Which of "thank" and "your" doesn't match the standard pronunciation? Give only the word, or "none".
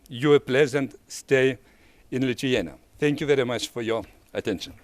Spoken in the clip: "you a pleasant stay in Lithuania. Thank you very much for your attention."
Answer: none